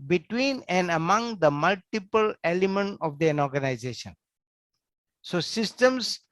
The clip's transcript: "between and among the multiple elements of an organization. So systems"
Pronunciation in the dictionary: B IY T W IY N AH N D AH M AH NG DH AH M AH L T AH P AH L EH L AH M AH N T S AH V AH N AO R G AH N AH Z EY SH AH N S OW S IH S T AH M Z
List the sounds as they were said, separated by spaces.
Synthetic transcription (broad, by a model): B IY T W IY N AH N D AH M AH NG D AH M AH L T AH P AH L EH L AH M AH N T AH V AH N AO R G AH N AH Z EY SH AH N S OW S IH S T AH M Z